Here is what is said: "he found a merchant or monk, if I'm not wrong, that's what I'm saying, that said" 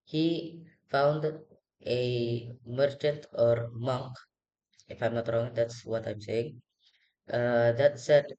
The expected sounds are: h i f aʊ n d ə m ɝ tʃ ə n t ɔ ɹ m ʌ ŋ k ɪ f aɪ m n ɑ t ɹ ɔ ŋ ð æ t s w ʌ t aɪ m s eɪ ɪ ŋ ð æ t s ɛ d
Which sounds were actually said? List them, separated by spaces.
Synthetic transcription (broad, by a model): h i f aʊ n d ə m ɝ tʃ ə n t ɔ ɹ m ʌ ŋ k ɪ f aɪ m n ɑ t ɹ ɔ ŋ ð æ t s w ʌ t aɪ m s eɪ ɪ ŋ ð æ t s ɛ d